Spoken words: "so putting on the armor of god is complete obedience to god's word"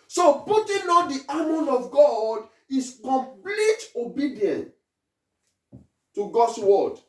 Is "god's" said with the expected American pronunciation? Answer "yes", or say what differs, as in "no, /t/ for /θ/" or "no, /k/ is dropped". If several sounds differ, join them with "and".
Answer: no, /s/ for /z/